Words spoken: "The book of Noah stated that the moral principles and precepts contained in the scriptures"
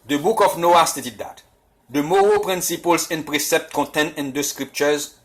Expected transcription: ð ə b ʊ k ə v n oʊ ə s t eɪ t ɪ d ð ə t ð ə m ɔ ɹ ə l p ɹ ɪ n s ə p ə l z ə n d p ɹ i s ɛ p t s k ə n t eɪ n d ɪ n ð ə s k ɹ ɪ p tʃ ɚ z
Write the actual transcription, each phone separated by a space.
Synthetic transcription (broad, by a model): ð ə b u k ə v n oʊ ə s t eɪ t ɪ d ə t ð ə m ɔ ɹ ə p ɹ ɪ n s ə p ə l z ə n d p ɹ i s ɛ p t k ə t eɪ n ɪ n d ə s k ɹ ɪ p tʃ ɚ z